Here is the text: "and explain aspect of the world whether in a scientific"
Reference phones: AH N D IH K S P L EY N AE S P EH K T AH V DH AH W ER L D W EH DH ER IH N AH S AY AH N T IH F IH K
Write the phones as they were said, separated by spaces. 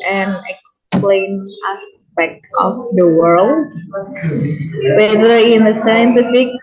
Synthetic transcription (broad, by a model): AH N IH K S P L EY N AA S B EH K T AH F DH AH W ER L D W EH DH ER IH N AH S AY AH N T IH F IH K